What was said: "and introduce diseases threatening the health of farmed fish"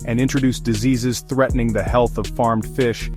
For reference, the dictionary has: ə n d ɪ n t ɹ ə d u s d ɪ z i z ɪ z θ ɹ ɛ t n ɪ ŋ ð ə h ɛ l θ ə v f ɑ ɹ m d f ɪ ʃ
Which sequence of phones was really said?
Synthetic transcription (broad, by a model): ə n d ɪ n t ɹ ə d u s d ɪ z i z ɪ z θ ɹ ɛ t n ɪ ŋ ð ə h ɛ l θ ə v f ɑ ɹ m d f ɪ ʃ